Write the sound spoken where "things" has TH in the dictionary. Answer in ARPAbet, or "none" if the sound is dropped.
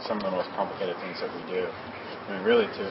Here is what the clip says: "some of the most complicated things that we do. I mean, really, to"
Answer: TH